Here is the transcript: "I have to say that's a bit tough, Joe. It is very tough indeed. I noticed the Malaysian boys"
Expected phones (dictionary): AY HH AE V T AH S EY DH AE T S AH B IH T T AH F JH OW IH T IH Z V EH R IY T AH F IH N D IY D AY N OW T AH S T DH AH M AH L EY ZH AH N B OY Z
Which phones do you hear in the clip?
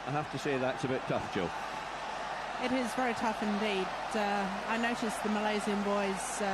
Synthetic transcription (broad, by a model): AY HH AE F T AH S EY DH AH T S AH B IH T T AH F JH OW IH T IH Z V EH R IY T AH F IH N D IY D AY N OW T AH S DH AH M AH L EY Z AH N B OY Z